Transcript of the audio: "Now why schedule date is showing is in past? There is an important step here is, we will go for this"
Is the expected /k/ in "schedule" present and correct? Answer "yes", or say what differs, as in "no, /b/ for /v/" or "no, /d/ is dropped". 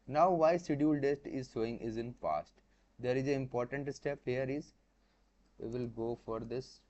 no, /k/ is dropped